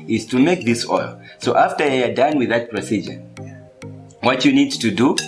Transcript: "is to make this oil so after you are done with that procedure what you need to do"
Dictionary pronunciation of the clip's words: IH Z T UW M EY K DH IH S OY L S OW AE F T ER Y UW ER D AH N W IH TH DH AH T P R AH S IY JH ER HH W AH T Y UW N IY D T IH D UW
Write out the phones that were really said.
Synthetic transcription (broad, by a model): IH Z T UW M EY K DH IH S OY L S OW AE F T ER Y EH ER D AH N W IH DH AH T P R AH S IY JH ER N W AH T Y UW N IY D T IH D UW